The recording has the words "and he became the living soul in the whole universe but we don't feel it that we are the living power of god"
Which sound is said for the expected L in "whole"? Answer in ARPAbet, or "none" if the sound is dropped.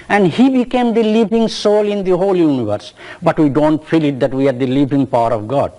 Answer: L